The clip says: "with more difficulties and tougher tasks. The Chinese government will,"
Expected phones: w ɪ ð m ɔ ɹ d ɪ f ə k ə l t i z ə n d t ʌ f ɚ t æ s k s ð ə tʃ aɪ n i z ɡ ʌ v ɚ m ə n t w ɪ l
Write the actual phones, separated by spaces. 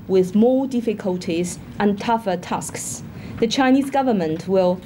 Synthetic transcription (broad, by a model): w ɪ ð m ɔ d ɪ f ə k ə l t i z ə n t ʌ f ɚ t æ s k s ð ə tʃ aɪ n i z ɡ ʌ v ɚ m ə n t w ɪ l